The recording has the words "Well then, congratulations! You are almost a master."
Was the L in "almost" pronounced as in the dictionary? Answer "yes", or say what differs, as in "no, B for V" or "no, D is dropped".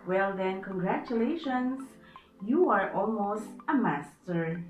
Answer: yes